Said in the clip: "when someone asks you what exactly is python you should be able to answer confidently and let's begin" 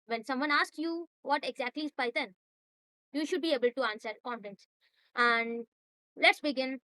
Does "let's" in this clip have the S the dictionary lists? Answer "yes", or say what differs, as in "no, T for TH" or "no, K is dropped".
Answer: yes